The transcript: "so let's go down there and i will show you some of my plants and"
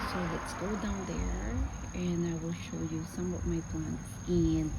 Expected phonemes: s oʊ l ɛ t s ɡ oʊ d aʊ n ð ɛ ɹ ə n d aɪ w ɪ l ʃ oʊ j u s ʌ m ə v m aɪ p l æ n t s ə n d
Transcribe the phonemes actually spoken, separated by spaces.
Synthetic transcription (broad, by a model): s oʊ l ɛ t s ɡ oʊ d aʊ n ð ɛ ɹ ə n aɪ w ɪ l ʃ oʊ j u s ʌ m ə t m aɪ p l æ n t ə n